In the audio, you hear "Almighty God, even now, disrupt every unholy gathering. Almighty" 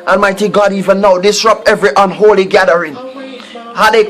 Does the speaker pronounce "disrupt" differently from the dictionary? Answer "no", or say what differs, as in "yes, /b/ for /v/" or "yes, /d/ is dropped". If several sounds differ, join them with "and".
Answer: no